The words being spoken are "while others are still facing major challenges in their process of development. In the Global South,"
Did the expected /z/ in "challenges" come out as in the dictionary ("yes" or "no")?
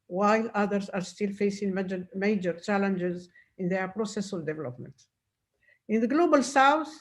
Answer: yes